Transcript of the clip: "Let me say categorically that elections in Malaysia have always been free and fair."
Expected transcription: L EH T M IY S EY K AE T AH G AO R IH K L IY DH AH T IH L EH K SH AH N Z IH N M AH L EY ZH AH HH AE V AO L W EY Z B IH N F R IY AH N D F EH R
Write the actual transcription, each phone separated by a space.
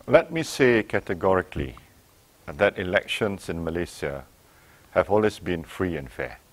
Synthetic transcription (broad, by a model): L EH T M IY S EY K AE T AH G AO R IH K L IY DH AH T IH L EH K SH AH N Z IH N M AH L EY S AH HH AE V AO L W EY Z B IH N F R IY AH N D F EH